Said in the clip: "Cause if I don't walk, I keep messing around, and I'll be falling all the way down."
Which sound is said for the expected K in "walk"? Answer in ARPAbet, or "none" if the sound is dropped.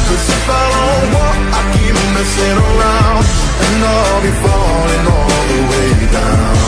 none